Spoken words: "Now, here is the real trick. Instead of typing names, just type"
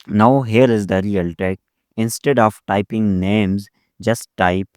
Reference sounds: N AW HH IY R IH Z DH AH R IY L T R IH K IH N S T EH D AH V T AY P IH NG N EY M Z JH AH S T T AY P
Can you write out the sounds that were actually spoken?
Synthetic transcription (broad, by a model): N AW HH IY R IH Z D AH R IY L T EH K IH N S T EH D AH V T AY P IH NG N EY M Z JH AH S T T AY P